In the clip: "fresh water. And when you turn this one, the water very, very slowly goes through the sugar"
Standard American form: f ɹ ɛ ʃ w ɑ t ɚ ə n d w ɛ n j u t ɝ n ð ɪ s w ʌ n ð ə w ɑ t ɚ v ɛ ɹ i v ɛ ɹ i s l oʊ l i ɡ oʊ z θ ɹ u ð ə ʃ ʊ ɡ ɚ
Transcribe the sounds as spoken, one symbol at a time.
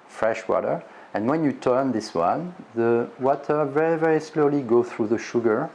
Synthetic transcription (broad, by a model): f ɹ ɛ ʃ w ɑ t ɚ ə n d w ɛ n j u t ɝ n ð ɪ s w ʌ n ð ə w ɑ t ɚ v ɛ ɹ i v ɛ ɹ i s l oʊ l i ɡ oʊ θ ɹ u ð ə ʃ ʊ ɡ ɚ